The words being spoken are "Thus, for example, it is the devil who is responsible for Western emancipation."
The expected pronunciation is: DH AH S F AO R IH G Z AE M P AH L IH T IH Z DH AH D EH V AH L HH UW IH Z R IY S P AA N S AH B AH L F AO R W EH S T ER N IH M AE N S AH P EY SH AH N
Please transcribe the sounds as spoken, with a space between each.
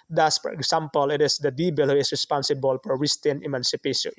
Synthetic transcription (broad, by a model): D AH S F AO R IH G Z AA M P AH L IH T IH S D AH D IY B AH L HH UW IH S R IY S P AA N S AH B AH L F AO R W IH S T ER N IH M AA N S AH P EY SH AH N